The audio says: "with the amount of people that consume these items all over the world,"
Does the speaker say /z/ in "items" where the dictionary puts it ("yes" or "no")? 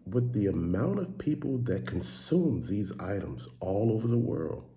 yes